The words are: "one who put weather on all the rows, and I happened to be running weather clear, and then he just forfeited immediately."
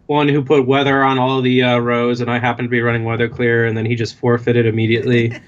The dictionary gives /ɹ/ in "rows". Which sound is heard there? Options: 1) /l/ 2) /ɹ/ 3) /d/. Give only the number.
2